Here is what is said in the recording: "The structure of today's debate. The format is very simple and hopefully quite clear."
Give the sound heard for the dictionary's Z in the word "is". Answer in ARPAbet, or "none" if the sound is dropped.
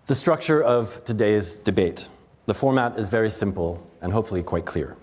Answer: Z